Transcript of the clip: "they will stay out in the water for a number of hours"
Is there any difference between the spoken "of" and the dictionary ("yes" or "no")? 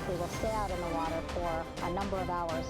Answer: no